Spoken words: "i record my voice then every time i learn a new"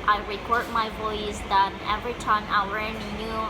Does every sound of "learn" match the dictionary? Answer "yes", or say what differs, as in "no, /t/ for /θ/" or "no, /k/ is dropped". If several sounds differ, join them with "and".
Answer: no, /w/ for /l/ and /n/ is dropped